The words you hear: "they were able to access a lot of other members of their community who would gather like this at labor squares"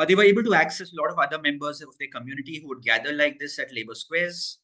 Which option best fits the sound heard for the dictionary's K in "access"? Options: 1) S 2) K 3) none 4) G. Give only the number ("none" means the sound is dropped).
2